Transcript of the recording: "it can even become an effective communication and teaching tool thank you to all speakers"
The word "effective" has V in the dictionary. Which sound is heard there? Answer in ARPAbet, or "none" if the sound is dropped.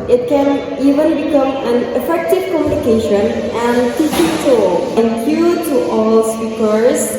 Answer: V